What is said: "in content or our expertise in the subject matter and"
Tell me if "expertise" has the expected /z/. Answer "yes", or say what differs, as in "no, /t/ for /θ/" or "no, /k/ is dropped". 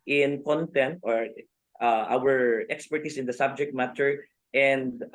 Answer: no, /s/ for /z/